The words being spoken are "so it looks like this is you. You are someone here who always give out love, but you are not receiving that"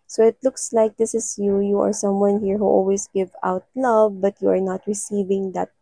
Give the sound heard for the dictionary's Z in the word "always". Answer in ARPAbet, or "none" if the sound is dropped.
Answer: S